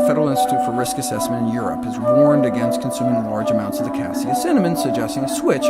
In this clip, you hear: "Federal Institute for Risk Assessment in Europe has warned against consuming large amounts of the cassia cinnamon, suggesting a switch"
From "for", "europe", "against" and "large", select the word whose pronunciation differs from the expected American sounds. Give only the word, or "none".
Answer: none